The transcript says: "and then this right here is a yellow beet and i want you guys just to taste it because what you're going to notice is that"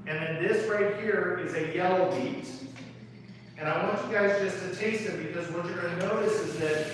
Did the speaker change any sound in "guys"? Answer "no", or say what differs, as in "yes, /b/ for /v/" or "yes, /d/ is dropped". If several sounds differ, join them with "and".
no